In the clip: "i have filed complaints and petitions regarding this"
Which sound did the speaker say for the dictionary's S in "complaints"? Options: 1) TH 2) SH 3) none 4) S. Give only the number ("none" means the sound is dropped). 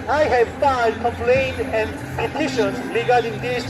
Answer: 3